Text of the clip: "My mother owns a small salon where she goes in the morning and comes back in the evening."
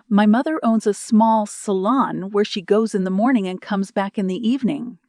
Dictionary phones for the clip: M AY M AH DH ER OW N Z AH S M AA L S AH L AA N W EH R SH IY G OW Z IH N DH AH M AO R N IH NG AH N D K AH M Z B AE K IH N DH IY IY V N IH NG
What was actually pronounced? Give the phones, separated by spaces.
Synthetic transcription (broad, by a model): M AY M AH DH ER OW N Z AH S M AA L S AH L AA N W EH R SH IY G OW Z IH N DH AH M AO R N IH NG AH N K AH M Z B AE K IH N DH IY IY V N IH NG